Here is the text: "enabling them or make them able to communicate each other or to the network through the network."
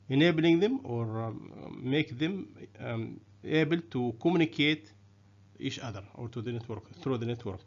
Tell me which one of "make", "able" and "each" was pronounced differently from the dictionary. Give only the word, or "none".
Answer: each